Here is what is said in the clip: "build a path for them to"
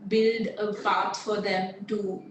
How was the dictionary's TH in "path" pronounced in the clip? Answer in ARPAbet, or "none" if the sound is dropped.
T